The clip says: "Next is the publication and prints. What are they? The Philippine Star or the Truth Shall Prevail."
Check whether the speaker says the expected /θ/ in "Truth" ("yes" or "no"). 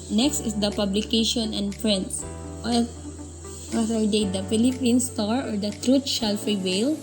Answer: no